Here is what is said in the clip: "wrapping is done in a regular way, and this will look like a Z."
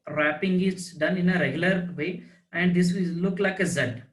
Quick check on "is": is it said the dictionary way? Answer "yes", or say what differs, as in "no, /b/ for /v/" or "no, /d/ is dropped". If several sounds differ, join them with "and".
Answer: no, /s/ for /z/